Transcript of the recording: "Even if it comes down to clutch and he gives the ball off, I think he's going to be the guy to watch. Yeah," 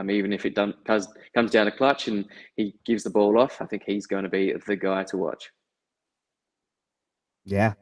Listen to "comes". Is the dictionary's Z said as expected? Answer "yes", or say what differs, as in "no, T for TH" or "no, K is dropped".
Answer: yes